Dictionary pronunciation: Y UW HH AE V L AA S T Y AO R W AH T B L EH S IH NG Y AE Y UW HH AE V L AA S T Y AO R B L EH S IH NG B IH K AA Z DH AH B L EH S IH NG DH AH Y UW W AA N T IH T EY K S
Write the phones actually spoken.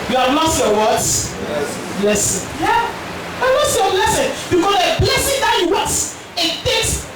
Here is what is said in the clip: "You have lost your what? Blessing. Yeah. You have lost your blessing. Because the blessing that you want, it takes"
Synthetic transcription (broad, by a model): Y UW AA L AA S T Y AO W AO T B L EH S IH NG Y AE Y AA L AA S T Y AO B L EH S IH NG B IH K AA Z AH B L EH S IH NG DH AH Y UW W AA T IH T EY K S